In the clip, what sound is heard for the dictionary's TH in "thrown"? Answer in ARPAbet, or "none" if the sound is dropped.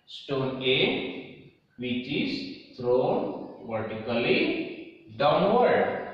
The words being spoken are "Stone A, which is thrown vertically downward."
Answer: T